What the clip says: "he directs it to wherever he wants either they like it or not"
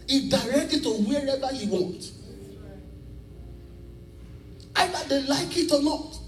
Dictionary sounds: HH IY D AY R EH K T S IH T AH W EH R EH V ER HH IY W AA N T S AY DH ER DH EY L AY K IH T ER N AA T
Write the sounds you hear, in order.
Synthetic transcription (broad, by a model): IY D AY R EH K T IH T AH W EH R EH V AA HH IY W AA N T AY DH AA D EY L AY K IH T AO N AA T